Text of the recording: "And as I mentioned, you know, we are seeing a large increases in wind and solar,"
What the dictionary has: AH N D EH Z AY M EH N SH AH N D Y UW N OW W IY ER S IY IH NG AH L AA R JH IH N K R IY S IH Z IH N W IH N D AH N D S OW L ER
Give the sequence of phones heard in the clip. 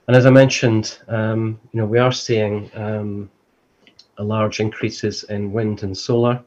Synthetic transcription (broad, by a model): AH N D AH Z AY M EH N SH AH N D Y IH N OW W IY ER S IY IH NG AH L AA R JH IH N K R IY S IH Z IH N W IH N D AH N S OW L ER